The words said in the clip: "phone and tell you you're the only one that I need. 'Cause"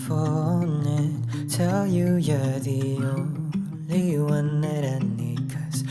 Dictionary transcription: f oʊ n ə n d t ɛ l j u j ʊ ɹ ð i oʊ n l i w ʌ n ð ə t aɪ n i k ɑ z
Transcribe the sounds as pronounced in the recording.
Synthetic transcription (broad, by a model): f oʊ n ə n t ɛ l j u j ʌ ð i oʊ l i w ʌ n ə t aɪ n i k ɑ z